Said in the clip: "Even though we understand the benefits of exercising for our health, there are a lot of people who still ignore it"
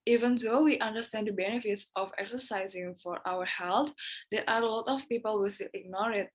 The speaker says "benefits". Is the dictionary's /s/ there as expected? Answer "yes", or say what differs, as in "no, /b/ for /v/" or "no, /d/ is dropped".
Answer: yes